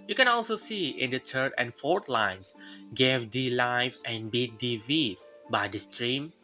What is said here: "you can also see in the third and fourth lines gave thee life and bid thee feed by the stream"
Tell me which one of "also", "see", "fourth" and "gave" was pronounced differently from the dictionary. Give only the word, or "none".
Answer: fourth